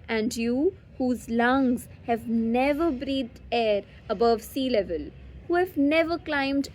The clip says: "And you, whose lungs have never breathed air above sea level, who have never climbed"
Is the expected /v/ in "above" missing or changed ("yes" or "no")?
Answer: no